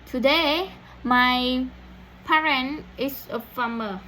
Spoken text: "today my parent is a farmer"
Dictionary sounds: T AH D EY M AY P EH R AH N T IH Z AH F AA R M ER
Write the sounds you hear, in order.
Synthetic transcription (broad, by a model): T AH D EY M AY P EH R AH N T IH S AH F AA M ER